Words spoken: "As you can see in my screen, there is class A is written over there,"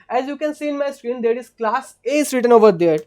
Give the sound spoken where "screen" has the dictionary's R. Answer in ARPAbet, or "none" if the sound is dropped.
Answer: R